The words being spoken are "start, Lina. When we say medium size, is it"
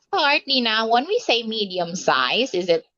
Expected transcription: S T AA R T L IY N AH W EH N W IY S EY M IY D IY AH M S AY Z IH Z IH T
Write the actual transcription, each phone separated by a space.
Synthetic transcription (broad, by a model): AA R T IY N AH W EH N W IY S EY M IY D IY AH M S AY Z IH Z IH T